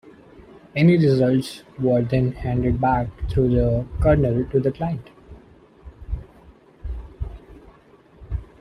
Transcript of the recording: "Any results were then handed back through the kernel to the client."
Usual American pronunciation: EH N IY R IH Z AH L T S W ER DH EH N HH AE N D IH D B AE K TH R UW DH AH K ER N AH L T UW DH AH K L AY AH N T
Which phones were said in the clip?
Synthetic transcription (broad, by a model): EH N IY R IH Z AH L T S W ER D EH N HH AE N D IH D B AE K T R UW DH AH K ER N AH L T UW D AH K L AY AH N T